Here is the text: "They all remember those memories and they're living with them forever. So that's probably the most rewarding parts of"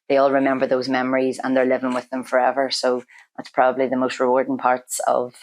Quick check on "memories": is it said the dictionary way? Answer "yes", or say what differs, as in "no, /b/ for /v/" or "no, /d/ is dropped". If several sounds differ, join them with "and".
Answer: yes